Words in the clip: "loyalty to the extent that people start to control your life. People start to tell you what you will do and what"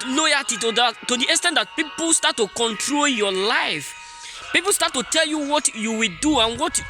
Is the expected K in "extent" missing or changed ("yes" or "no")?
yes